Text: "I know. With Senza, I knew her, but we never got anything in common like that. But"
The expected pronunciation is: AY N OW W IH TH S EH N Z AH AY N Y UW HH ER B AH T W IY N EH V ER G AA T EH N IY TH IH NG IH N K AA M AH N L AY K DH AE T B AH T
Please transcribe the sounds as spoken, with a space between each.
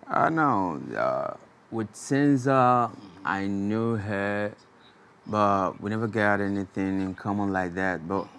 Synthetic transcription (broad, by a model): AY N OW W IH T S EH N Z AH AY N Y UW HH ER B AH T W IY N EH V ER G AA T EH N IY TH IH NG IH N K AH M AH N L AY K DH AE T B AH T